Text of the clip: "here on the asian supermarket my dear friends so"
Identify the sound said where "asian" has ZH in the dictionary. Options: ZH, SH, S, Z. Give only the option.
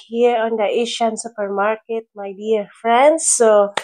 SH